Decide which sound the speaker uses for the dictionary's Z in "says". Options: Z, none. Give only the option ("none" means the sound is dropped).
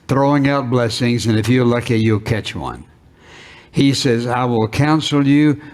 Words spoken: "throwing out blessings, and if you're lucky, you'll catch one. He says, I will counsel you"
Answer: Z